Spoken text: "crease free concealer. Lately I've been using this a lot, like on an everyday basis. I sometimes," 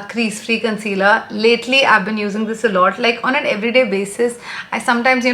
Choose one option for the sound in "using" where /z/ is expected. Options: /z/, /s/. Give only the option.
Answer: /z/